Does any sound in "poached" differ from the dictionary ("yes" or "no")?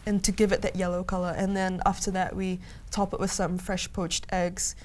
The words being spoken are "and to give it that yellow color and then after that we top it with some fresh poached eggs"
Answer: no